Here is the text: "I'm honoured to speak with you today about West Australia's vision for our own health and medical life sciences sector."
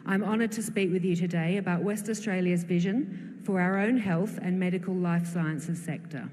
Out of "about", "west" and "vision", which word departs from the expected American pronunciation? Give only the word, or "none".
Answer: none